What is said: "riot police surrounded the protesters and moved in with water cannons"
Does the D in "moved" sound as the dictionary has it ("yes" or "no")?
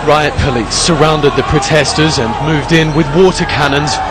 yes